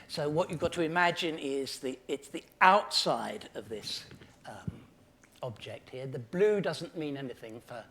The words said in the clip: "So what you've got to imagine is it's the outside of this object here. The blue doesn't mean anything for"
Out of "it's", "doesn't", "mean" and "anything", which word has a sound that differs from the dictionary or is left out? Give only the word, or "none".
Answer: none